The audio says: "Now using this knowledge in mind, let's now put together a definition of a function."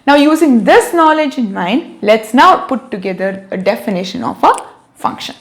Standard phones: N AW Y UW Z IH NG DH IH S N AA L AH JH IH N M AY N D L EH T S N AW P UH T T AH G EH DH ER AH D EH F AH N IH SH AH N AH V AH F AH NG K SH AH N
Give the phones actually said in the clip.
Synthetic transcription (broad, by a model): N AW Y UW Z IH NG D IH S N AA L AH JH IH N M AY N D L EH T S N AW P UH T T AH G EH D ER AH D EH F AH N IH SH AH N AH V AH F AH NG K SH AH N